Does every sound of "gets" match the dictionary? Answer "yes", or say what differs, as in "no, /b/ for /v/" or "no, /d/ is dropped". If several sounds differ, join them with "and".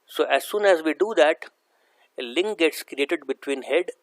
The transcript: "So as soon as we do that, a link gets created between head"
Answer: yes